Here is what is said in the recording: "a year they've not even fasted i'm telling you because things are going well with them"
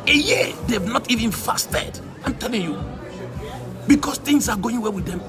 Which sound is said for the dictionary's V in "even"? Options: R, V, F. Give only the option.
V